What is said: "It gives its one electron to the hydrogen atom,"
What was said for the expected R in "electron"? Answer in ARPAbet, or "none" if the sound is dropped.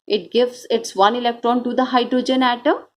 R